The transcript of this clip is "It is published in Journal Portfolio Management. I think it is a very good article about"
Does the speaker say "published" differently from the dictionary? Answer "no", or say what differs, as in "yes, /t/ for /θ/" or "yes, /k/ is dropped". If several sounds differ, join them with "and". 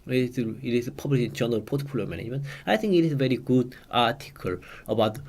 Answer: yes, /t/ is dropped